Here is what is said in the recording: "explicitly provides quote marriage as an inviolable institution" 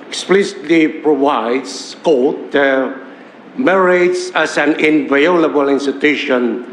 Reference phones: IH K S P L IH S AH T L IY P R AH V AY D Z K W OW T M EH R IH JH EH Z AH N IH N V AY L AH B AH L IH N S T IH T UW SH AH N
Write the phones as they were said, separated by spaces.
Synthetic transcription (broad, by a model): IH K S P L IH S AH T L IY P R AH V AY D S K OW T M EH R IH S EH S AH N IH N V AY L AH B AH L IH N S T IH T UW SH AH N